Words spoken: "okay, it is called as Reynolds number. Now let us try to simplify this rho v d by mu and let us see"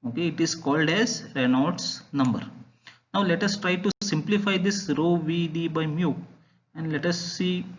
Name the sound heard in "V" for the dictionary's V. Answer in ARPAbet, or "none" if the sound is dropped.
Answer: V